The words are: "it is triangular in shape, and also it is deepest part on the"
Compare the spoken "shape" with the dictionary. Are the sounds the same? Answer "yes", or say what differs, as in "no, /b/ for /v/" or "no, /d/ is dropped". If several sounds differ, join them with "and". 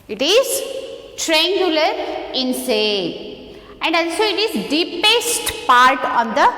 no, /s/ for /ʃ/ and /p/ is dropped